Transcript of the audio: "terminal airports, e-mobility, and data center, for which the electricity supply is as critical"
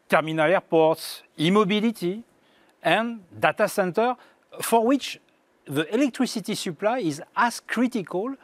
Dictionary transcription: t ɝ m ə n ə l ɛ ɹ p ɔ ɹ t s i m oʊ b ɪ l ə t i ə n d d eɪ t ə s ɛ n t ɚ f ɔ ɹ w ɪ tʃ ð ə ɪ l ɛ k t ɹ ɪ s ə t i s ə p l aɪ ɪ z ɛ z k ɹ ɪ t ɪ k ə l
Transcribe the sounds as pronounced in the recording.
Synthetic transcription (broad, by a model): t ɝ m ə n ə l ɛ ɹ p ɔ ɹ t s i m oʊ b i l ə t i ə n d d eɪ t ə s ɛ n t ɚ f ɔ ɹ w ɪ tʃ ð ə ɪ l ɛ k t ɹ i s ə t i s ə p l aɪ ɪ z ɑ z k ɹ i t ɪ k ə l